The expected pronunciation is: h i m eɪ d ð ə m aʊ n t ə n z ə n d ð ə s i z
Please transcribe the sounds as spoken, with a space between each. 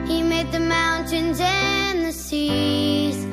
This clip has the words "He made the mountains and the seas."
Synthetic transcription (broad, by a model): h i m eɪ d ð ə m aʊ n t ə n z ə n ð ə s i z